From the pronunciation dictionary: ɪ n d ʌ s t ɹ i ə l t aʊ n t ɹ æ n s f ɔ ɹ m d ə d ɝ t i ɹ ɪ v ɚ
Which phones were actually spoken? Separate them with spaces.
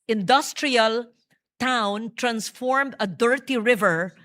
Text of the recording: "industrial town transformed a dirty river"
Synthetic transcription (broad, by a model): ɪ n d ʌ s t ɹ i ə l t aʊ n t ɹ æ n s f ɔ ɹ m d ə d ɝ t i ɹ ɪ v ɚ